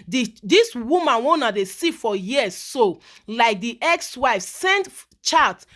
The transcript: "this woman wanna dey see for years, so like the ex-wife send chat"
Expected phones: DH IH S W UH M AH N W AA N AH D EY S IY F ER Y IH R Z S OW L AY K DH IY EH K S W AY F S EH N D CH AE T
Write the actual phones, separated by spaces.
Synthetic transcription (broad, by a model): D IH S W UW M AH N W AA N AH D EY S IY F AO Y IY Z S OW L AY K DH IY EH K S W AY F S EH N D CH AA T